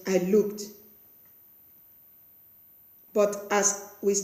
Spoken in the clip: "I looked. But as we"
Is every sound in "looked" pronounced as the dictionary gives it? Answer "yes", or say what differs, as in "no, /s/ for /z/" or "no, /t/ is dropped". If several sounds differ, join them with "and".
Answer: yes